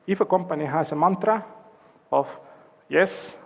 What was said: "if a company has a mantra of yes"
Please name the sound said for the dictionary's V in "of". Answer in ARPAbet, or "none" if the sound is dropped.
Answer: F